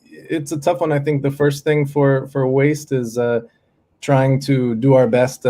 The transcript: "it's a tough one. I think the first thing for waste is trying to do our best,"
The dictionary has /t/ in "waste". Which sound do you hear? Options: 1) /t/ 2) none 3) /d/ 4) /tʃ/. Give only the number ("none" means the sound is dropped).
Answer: 1